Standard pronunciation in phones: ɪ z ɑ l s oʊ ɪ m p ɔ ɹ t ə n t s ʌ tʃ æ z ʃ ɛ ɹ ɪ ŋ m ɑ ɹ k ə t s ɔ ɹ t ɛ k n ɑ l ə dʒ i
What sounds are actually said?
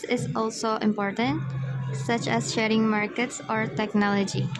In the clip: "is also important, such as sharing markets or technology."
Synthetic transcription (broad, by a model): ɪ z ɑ l s oʊ ɪ m p ɔ ɹ t ə n t s ʌ tʃ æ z ʃ ɛ ɹ ɪ ŋ m ɑ ɹ k ə t s ɔ ɹ t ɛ k n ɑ l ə dʒ i